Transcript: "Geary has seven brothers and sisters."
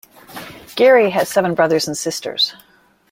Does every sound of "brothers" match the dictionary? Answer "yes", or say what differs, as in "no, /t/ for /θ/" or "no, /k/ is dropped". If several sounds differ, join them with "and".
yes